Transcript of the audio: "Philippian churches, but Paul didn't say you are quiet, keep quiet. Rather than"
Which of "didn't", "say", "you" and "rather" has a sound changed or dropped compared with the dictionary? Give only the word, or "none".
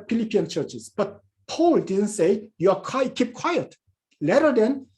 rather